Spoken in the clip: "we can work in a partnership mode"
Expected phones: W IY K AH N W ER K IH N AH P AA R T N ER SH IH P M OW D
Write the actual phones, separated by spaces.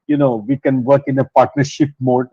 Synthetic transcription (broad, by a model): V IY K AH N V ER K IH N AH P AA R T N ER SH IH P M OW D